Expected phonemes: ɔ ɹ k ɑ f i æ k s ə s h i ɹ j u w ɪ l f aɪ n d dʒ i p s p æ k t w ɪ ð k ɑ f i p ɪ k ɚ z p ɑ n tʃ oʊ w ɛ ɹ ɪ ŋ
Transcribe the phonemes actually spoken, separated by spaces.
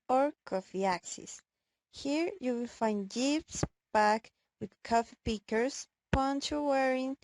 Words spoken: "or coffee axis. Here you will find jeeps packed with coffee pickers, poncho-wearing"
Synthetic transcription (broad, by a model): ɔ ɹ k ɑ f i æ k s ə s h i ɹ j u w ɪ l f aɪ n d dʒ i p s b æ k w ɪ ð k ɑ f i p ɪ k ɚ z p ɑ n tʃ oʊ w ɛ ɹ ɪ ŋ